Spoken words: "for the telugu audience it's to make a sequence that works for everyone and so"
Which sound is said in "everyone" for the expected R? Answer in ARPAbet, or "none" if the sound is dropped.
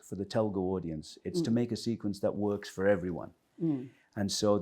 R